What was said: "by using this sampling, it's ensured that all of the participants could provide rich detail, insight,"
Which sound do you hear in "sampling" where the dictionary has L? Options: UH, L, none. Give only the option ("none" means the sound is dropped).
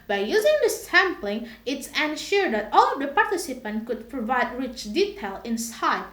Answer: L